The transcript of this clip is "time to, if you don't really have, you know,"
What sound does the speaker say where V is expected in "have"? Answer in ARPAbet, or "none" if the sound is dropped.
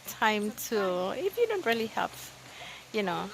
P